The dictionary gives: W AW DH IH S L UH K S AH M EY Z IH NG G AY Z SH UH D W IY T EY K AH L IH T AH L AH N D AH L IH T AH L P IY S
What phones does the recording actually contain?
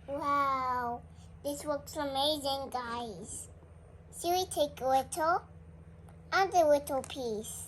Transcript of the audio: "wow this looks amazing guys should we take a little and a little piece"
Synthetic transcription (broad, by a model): W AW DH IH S W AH K S AH M EY Z IH NG G AY Z S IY W IY T EY K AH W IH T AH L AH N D AH W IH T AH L P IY S